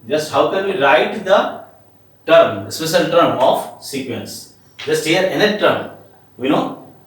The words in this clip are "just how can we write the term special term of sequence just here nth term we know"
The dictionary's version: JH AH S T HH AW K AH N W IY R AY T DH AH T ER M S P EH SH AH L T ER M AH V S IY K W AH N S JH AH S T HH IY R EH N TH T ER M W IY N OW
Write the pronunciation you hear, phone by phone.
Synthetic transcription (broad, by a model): JH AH S T HH AW K AH N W IY L AY T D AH T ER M S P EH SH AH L T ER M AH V S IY K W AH N S JH AH S T HH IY R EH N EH T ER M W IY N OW